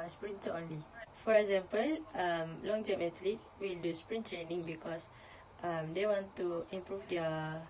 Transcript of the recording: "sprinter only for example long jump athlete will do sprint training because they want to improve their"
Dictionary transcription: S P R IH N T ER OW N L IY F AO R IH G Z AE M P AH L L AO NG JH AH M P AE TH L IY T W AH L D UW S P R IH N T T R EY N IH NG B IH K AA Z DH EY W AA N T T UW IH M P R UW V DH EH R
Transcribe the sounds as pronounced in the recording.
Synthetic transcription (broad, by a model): S P R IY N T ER OW N L IY F AO R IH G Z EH M P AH L L AO NG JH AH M EH T L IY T W AH L D UW S P R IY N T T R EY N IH NG B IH K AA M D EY W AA N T T UW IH M P R UW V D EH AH